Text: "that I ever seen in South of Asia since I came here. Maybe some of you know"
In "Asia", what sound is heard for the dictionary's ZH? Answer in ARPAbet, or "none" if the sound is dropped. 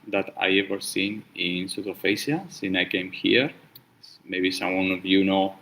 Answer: S